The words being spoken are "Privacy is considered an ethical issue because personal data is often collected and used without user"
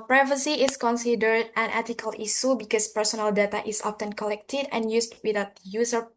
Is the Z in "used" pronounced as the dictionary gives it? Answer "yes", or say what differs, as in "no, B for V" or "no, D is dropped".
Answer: no, S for Z